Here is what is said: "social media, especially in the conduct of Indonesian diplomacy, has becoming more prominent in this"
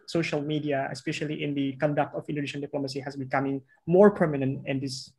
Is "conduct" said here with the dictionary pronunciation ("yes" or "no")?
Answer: yes